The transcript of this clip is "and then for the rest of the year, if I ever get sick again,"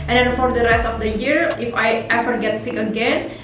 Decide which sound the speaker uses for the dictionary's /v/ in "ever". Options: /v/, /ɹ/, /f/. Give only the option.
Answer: /f/